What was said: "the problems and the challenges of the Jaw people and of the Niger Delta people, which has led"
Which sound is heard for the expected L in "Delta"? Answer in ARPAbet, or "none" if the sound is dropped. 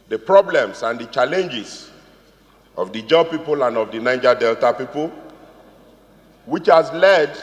L